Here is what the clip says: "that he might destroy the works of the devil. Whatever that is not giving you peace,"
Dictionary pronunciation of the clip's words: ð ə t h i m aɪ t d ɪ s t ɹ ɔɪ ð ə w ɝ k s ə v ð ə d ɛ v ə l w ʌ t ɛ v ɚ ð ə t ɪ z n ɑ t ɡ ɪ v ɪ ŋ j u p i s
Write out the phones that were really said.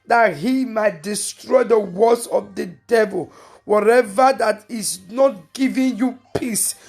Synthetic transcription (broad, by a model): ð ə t h i m aɪ t d ɪ s t ɹ ɔɪ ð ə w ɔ s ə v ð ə d ɛ v ə l w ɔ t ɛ v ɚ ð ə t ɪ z n ɑ t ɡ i v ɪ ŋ j u p i s